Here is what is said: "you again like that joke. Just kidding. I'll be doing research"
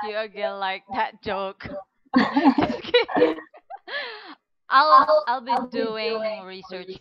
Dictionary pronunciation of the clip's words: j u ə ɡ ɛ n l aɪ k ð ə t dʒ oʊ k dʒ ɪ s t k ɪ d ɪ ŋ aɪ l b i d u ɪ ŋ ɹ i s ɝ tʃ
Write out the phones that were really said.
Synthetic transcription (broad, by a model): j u ə ɡ ɛ n l aɪ k ð ə t dʒ oʊ k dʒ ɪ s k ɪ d ɪ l aɪ l b i d u ɪ ŋ ɹ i s ɝ tʃ